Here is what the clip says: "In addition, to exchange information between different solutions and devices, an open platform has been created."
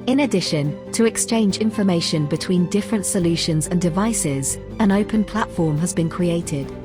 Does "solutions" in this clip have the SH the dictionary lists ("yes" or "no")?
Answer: yes